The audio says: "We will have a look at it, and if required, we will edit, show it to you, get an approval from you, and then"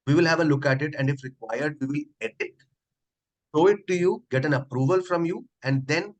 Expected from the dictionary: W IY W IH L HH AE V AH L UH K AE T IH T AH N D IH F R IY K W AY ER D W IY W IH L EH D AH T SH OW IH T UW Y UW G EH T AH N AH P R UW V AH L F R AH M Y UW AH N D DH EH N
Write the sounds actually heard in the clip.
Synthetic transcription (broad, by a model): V IY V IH L HH AE V AH L UH K AE T IH T AH N D IH F R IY K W AY ER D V IY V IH L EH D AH T SH OW IH T UW Y UW G EH T AH N AH P R UW V AH L F R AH M Y UW AH N D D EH N